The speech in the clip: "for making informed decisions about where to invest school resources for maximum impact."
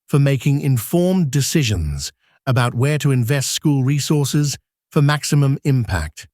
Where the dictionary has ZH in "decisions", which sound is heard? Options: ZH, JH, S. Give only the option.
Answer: ZH